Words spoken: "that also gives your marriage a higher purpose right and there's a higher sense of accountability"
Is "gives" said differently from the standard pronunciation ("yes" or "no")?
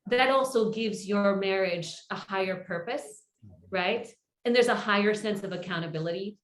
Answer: no